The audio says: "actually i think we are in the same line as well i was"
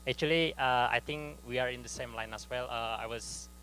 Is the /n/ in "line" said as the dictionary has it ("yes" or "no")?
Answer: yes